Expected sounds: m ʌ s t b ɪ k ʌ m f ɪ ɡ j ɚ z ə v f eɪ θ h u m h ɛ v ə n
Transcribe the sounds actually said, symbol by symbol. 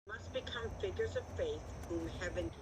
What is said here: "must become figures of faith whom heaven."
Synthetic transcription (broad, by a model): m ʌ s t b ɪ k ʌ m f ɪ ɡ j ɚ z ə v f eɪ θ h u m h ɛ v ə n